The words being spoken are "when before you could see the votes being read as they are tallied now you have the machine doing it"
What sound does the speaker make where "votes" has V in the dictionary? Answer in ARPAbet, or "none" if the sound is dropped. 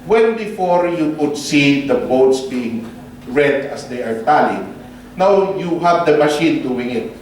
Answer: B